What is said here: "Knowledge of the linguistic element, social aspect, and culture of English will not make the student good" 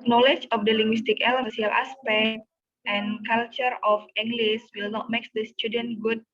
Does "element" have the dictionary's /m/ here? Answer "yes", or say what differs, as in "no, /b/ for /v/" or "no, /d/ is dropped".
no, /m/ is dropped